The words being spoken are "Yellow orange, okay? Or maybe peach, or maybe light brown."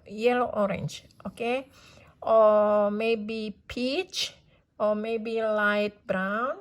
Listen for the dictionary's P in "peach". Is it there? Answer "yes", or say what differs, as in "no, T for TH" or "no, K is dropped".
yes